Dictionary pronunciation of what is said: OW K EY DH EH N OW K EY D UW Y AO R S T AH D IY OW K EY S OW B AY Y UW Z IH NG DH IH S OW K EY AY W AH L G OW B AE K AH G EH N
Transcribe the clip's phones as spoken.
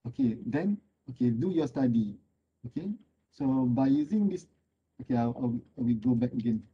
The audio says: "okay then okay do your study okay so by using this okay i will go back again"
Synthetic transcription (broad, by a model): OW K EY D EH N OW K EY D UW Y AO S T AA D IY OW K EY S OW B AY Y UW Z IH NG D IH S OW K EY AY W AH W G OW B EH K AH G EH N